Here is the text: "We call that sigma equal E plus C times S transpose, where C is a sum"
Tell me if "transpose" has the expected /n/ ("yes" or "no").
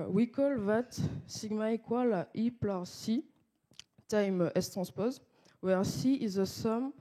no